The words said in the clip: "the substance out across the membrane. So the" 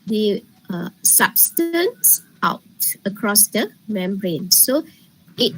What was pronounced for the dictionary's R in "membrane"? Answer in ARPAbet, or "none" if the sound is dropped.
R